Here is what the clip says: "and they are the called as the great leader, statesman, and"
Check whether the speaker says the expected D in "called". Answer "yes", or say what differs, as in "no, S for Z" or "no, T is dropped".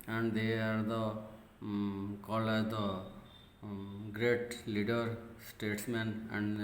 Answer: no, D is dropped